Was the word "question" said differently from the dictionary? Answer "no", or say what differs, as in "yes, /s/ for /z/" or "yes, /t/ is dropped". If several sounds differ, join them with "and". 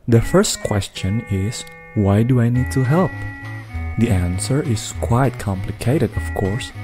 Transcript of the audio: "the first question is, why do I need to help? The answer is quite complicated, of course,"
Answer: no